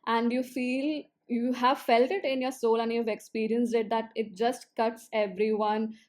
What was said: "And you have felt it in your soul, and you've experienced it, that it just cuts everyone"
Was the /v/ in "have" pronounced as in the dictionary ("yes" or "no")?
yes